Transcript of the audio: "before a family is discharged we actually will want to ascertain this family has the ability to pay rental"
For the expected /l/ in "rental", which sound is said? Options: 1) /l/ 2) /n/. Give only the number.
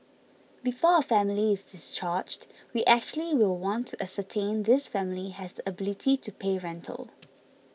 1